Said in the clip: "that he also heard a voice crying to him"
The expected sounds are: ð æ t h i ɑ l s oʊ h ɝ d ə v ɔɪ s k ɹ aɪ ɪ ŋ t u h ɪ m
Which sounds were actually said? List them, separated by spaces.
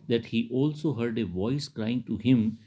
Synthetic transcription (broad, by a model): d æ t h i ɑ l s oʊ h ɝ d ə v ɔɪ s k ɹ aɪ ɪ ŋ t u h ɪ m